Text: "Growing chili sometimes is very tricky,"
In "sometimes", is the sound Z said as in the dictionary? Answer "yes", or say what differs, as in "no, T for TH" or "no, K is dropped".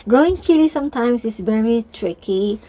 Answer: no, S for Z